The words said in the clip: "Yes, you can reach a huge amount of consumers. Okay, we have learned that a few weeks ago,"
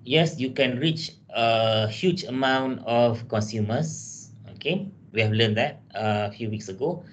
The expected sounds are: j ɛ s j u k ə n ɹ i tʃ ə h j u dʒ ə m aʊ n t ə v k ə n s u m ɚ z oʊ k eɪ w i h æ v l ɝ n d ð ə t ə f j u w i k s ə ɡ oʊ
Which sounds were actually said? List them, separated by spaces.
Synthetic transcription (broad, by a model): j ɛ s j u k ə n ɹ i tʃ ə h j u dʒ ə m aʊ n t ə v k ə n s u m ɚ s oʊ k eɪ w i h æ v l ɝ n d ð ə t ə f j u w i k s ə ɡ oʊ